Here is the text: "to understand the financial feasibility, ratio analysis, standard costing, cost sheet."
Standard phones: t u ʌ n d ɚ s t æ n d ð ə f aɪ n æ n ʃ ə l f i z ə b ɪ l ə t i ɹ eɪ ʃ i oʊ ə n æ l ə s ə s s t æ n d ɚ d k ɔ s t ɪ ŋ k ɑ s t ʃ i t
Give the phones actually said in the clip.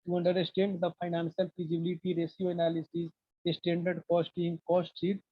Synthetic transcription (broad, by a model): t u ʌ n d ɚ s t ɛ n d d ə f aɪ n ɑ n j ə l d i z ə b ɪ l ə t i ɹ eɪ s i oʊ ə n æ l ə s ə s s t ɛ n d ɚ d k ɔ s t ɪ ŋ k ɑ s t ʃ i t